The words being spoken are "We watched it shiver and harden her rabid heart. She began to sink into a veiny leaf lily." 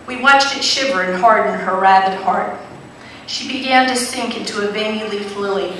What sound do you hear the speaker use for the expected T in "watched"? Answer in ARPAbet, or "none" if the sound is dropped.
T